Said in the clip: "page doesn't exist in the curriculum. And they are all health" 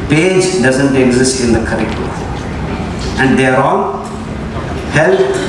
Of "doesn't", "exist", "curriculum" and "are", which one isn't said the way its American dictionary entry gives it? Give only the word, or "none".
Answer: curriculum